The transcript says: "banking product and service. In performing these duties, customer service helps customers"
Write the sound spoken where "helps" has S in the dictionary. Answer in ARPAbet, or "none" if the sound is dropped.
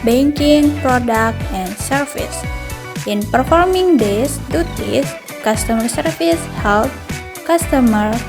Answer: none